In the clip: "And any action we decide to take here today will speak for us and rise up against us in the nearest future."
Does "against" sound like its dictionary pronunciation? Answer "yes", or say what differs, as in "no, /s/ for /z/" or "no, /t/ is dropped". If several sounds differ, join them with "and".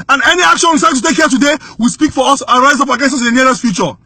no, /t/ is dropped